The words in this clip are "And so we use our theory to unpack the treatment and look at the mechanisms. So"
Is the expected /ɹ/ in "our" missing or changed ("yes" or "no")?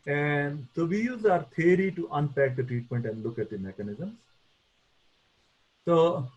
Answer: no